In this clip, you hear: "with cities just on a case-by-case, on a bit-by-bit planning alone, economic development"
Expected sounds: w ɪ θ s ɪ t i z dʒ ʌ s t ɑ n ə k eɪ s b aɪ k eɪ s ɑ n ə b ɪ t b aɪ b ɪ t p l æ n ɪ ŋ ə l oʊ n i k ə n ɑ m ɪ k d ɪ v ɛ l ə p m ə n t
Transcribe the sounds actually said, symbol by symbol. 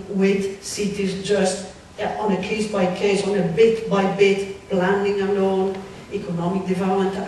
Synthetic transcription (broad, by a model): w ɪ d s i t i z dʒ ʌ s t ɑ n ə k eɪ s b aɪ k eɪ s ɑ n ə b ɪ t b aɪ b ɪ t b l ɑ n ɪ ŋ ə n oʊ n i k ə n ɑ m ɪ k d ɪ v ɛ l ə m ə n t